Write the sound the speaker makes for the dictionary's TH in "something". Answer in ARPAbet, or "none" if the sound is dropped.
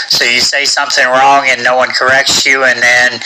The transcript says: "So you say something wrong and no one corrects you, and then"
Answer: TH